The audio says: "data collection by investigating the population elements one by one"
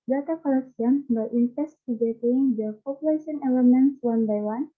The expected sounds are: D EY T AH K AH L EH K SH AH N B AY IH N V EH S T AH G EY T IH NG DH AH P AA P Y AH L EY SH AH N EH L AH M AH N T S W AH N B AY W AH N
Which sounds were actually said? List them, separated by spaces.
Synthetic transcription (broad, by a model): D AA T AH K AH L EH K S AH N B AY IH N F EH S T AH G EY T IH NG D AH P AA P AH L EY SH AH N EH L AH M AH N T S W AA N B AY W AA N